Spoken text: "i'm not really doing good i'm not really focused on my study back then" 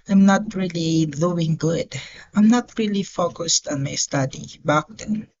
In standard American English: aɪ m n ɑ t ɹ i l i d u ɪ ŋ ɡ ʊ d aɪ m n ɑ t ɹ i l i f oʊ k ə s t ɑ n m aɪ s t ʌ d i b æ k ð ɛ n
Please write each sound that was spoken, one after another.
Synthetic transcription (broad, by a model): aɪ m n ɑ t ɹ i l i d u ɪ ŋ ɡ ʊ d aɪ m n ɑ t ɹ i l i f oʊ k ə s t ɑ n m aɪ s t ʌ d i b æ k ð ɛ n